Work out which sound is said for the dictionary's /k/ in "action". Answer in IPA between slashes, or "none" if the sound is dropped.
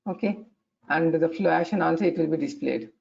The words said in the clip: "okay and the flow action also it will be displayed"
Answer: none